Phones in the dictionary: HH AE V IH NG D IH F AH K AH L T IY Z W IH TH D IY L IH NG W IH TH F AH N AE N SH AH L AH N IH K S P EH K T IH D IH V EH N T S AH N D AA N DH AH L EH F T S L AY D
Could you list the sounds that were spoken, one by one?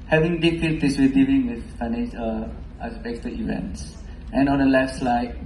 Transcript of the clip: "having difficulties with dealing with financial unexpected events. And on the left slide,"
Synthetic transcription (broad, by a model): HH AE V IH NG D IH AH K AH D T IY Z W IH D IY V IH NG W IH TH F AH IH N AH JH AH IH S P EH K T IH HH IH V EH N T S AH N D AA N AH L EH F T S L AY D